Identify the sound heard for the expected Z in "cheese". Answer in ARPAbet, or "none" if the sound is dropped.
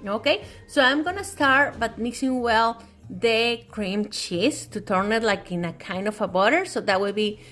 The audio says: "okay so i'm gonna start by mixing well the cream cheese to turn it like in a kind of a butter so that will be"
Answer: S